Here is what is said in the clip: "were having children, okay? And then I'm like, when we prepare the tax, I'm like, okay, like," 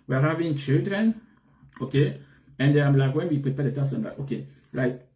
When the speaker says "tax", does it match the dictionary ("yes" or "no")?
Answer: no